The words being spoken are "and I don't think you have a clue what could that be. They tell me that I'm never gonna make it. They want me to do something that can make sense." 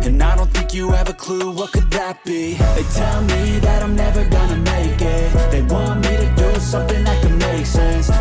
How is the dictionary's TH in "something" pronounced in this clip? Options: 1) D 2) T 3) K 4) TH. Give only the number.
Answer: 4